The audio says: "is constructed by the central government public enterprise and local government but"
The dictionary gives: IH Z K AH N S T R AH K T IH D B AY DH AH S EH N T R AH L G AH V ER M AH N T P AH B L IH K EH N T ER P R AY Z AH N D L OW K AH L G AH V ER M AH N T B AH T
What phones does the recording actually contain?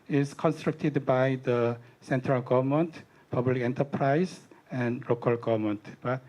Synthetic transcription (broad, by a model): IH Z K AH N S T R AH K T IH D B AY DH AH S EH N T R AH L G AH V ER M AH N T P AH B L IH K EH N T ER P R AY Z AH N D L OW K AH L G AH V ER M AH N T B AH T